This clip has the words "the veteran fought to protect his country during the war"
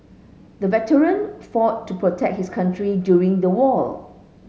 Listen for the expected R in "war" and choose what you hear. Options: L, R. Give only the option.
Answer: L